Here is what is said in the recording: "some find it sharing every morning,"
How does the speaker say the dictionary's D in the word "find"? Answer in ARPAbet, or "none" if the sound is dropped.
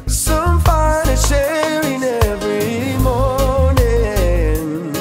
none